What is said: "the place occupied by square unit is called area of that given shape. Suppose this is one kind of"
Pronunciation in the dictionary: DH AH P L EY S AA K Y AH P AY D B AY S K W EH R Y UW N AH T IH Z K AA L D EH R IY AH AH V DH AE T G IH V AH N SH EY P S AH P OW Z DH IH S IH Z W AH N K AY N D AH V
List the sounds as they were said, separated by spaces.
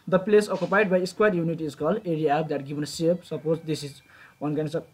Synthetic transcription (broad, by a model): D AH P L EY S AA K Y AH P AY D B AY S K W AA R Y UW N AH T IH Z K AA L EH R IY AH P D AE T G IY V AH N S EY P S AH P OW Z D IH S IH Z W AH N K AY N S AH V